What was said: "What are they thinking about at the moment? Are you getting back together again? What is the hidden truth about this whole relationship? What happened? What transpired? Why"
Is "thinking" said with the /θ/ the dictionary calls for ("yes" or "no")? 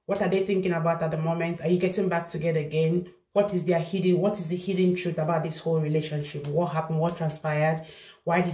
yes